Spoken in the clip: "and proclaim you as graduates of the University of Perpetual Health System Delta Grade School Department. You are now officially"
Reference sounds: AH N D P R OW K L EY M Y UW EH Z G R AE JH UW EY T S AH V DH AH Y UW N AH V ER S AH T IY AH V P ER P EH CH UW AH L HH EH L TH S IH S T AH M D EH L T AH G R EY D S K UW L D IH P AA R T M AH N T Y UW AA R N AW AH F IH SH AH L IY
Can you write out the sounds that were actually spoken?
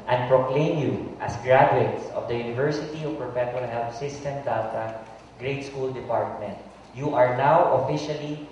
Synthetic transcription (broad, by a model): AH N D P R OW K L EY M Y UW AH S G R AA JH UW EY T S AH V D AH Y UW N AH V ER S AH T IY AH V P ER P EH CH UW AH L HH EH L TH S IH S T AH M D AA T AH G R EY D S K UW L D IH P AA R T M AH N T Y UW AA R N AW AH F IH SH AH L IY